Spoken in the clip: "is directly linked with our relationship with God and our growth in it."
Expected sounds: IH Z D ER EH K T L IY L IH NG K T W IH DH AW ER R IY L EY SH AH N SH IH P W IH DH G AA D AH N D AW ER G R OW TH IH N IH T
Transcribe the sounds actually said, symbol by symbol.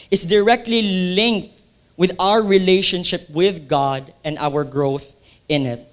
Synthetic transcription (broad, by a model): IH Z D ER EH K T L IY L IH NG K T W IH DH AW ER R IY L EY SH AH N SH IH P W IH DH G AA D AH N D AW ER G R OW TH IH N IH T